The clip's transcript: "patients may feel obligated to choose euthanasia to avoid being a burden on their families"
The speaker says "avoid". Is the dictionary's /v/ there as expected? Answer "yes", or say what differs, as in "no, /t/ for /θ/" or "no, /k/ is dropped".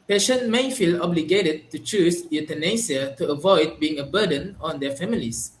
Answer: yes